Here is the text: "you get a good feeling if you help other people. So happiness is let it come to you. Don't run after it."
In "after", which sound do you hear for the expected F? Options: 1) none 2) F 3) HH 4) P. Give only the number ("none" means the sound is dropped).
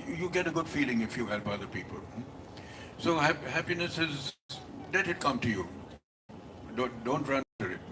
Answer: 1